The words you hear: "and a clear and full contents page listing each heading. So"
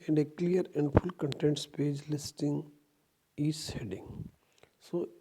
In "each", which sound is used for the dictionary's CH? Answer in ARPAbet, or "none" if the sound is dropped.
S